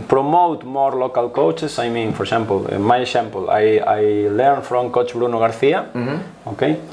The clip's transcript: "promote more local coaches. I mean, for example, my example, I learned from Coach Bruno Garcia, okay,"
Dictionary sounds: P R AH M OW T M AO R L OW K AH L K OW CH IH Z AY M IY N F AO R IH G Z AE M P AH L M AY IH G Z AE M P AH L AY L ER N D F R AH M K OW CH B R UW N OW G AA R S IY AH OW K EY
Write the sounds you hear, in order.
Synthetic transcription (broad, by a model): P R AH M OW T M AO R L OW K AH L K OW CH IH S AY M IY N F AO R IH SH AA M P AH L M AY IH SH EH M P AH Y AY L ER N F R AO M K OW CH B R UW N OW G AA R TH IY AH OW K EY